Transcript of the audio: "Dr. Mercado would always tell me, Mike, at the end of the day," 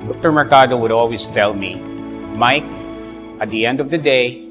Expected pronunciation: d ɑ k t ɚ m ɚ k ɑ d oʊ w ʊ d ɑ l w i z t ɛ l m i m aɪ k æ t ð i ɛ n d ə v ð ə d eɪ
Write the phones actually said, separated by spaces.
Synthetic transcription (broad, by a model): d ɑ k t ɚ m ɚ k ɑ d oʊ w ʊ d ɑ l w i z t ɛ l m i m aɪ k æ t ð i ɛ n d ə v ð ə d eɪ